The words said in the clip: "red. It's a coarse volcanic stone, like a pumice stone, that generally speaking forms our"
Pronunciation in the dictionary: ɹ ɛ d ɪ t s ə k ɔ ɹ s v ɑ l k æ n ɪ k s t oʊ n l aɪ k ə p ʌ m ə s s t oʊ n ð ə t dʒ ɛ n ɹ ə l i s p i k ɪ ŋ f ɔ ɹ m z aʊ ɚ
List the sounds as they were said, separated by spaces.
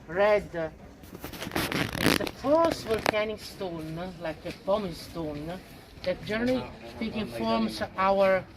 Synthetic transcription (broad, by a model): ɹ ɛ d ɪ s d ə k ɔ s w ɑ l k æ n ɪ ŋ s t oʊ n l aɪ k ə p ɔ m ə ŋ s t oʊ n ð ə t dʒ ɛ ɹ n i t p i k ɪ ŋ f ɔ ɹ m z aʊ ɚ